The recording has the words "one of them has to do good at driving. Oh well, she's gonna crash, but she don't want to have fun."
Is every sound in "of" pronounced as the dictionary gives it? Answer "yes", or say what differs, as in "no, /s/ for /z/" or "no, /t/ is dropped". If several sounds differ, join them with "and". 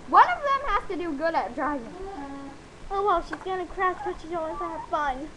yes